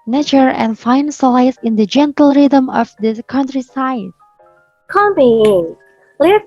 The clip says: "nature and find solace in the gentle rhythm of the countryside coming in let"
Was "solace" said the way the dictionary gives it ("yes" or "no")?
no